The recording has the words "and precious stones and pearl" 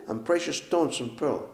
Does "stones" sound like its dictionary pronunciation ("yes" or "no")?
no